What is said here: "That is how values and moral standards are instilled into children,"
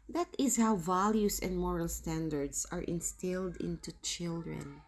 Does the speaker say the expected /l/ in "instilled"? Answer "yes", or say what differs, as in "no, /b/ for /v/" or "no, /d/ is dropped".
yes